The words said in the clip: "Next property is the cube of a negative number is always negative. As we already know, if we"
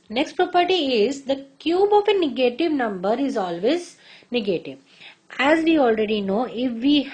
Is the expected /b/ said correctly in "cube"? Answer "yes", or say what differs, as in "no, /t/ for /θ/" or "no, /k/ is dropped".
yes